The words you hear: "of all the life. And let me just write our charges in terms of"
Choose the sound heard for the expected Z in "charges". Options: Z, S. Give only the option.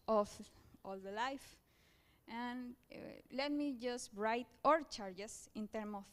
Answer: S